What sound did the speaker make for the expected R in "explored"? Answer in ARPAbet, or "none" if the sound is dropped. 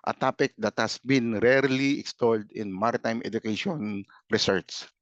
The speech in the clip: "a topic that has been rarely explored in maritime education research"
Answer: L